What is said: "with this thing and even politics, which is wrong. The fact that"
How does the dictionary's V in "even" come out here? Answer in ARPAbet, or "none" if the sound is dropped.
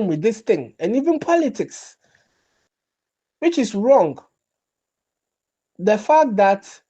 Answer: V